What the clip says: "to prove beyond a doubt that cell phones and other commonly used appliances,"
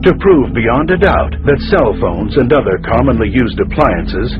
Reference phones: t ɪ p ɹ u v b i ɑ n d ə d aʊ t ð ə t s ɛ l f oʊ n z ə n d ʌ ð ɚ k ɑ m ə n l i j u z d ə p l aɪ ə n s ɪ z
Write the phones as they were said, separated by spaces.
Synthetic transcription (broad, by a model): t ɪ p ɹ u v b i ɑ n d ə d aʊ t ð ə t s ɛ l f oʊ n z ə n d ʌ ð ɚ k ɑ m ə n l i j u z d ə p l aɪ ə n s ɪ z